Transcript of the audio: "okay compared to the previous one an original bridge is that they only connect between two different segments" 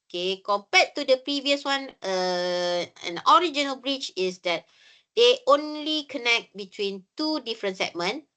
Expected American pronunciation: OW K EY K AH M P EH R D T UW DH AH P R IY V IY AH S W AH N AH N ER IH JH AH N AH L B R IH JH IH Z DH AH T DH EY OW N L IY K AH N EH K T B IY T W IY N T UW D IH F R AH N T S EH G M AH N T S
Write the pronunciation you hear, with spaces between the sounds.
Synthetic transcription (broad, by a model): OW K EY K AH M P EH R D T UW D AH P R IY V IY AH S W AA N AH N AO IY JH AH N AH L B R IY CH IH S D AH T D EY OW N L IY K AH N EH K T B IY T W IY N T UW D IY F R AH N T S EH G M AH N